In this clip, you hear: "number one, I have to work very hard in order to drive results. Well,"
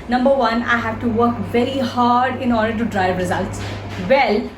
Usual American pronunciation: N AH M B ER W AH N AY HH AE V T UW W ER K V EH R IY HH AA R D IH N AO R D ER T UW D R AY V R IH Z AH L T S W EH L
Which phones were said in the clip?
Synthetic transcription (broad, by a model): N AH M B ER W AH N AY HH AE V T UW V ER K V EH R IY HH AA R D IH N AO R D ER T UW D R AY V R IH Z AH L T S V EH L